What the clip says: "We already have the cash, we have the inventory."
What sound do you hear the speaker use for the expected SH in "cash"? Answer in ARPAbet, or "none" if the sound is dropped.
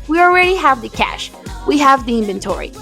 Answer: SH